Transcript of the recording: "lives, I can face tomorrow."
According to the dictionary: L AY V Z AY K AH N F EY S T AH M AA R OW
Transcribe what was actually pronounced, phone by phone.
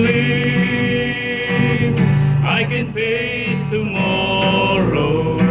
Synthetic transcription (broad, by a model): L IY AY K AH N P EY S T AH M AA R OW